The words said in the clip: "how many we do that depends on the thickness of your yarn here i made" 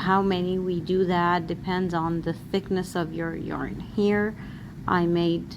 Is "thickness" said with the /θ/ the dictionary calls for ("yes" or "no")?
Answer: yes